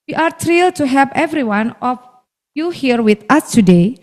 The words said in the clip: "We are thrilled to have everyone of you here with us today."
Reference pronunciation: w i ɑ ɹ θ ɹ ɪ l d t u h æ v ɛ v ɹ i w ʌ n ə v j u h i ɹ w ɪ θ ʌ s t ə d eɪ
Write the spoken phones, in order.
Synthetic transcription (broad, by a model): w i ɑ ɹ t ɹ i l t u h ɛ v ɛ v ɹ i w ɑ n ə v j u h i ɹ w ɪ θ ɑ s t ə d eɪ